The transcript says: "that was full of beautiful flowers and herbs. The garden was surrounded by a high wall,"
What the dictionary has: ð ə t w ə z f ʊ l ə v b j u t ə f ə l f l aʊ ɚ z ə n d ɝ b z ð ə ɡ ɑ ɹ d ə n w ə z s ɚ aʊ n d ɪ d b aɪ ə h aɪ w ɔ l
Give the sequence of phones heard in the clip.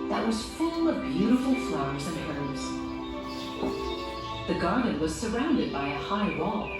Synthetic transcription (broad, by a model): ð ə t w ə z f ʊ l ə v b j u t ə f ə l f l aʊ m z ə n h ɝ z ð ə ɡ ɑ ɹ d n w ə z s ɚ aʊ n d ɪ d b aɪ ə h aɪ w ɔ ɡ